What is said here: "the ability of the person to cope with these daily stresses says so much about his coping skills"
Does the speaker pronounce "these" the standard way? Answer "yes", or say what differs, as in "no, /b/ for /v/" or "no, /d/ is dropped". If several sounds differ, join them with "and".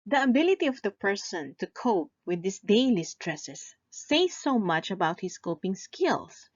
no, /s/ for /z/